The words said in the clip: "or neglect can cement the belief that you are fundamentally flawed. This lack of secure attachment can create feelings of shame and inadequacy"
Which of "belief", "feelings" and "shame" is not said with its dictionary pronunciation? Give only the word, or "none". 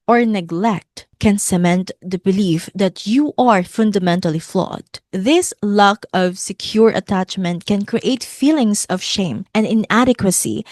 feelings